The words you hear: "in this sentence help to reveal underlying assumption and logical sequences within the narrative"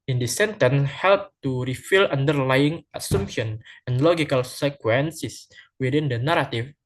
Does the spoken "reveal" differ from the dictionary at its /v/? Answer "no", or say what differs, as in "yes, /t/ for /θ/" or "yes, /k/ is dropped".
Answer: yes, /f/ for /v/